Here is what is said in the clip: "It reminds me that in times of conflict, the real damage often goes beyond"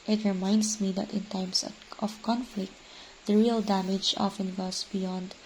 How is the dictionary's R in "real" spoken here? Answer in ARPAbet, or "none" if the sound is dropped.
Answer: R